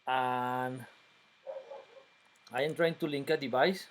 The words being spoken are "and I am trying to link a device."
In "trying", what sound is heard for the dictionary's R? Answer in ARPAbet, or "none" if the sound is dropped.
R